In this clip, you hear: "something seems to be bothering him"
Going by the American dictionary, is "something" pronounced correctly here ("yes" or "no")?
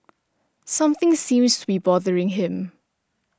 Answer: yes